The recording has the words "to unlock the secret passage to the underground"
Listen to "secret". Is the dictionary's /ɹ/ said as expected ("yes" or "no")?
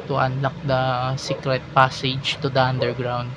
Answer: yes